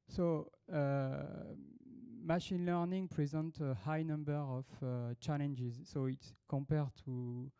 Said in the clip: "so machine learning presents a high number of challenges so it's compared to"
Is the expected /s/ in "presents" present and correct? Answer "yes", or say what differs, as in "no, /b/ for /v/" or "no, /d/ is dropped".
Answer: no, /s/ is dropped